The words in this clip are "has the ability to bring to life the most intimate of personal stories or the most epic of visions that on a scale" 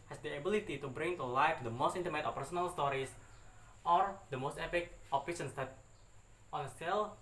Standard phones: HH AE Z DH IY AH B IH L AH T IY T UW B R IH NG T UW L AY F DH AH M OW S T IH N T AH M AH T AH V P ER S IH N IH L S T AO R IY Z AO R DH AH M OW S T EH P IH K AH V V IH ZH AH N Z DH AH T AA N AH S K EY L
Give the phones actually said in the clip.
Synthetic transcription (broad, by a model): HH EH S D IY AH B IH L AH T IY T UW B R IH NG T UW L AY F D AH M OW S T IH N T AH M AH T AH P ER S IH N IH L S T AO R IY S AO R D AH M OW S T EH P IH K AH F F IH SH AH N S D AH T AA N AH S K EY L